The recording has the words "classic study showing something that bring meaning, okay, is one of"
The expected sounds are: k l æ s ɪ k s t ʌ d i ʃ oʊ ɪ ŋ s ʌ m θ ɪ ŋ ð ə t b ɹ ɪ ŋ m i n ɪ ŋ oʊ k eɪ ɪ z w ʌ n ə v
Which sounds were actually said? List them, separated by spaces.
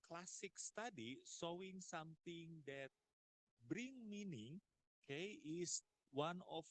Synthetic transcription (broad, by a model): k l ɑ s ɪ k s t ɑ d i s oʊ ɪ ŋ s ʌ m t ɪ ŋ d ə t b ɹ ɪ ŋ m i n ɪ ŋ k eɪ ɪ s w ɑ n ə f